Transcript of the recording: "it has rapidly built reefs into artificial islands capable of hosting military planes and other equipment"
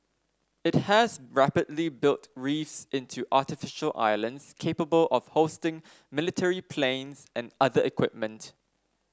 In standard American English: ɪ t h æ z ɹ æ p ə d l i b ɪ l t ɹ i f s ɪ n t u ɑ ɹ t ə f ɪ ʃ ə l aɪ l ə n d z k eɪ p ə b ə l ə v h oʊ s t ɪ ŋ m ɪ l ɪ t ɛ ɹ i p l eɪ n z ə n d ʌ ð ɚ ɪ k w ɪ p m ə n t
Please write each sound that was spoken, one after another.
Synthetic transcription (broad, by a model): ɪ t h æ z ɹ æ p ə d l i b ɪ l t ɹ i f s ɪ n t u ɑ t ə f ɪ ʃ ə l aɪ l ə n d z k eɪ p ə b ə l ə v h oʊ s t ɪ ŋ m ɪ l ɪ t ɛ ɹ i p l eɪ n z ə n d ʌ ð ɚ ɪ k w ɪ p m ə n t